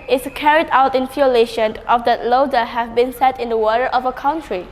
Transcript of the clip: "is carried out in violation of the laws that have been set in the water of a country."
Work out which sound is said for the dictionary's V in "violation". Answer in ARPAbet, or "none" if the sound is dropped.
F